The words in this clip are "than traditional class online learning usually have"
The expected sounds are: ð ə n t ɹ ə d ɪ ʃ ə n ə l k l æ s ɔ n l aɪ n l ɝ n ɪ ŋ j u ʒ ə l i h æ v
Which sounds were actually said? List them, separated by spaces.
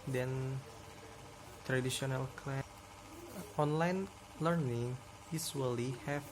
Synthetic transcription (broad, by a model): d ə n t ɹ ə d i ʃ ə n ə l k l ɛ ɔ n l aɪ n l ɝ n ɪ ŋ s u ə l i h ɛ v